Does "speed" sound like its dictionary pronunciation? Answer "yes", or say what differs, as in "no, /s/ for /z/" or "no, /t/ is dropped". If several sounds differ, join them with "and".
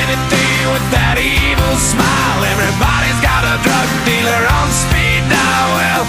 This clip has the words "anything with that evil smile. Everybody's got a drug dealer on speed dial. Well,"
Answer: yes